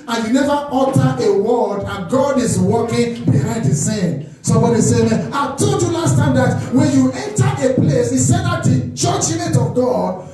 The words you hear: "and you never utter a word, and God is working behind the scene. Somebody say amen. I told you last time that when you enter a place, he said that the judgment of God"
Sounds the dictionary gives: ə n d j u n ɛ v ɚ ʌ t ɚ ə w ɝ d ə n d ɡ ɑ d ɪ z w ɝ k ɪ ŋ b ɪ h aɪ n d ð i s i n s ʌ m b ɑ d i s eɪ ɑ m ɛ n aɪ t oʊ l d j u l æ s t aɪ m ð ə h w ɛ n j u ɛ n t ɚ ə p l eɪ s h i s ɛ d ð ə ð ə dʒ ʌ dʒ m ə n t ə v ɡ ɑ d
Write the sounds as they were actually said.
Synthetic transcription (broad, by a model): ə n j u n ɛ v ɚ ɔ t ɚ ə w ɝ d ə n ɡ ɑ d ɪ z w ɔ k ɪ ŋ b ɪ h aɪ n d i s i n s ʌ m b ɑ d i s eɪ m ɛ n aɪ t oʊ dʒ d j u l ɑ s t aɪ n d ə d w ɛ n j u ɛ n t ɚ ə p l eɪ s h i s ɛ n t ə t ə tʃ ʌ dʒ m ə t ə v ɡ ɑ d